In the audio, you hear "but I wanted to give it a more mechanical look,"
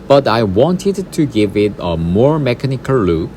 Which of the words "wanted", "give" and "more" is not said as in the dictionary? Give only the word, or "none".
none